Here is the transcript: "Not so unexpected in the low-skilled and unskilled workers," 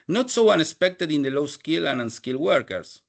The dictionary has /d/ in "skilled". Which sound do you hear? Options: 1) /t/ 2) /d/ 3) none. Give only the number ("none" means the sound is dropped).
3